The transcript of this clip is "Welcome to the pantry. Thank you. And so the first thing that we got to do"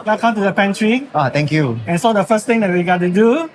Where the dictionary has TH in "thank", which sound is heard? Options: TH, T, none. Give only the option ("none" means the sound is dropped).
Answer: T